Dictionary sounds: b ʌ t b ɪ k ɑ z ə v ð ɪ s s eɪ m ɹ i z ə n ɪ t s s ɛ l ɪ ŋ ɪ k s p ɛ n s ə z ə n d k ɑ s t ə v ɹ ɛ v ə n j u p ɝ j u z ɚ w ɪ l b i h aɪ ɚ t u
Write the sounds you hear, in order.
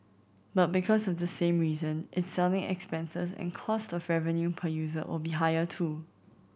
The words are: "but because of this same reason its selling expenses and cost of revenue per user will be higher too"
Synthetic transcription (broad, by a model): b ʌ t b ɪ k ɑ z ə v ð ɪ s s eɪ m ɹ i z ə n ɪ t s s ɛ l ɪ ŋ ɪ k s p ɛ n s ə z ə n k ɑ s t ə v ɹ ɛ v ə n j u p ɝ j u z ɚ w ɪ l b i h aɪ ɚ t u